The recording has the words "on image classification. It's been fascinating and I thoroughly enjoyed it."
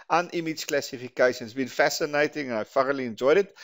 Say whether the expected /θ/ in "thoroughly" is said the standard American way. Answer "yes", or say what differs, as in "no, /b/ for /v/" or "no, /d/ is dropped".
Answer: no, /f/ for /θ/